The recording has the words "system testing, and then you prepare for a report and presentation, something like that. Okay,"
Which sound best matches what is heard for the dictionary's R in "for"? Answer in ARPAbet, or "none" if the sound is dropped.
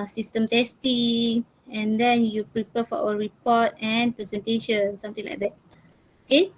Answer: W